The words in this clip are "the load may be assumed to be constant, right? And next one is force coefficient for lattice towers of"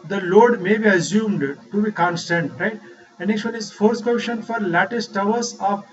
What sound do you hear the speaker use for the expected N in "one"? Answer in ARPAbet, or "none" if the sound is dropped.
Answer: L